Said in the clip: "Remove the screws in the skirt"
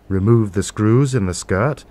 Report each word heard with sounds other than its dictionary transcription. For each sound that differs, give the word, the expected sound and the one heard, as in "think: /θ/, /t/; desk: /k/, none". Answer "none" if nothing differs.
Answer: none